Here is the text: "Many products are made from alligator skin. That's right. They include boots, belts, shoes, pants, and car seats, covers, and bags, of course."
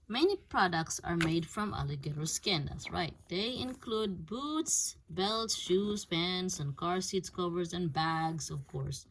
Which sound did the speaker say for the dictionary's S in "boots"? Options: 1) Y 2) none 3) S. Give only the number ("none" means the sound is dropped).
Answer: 3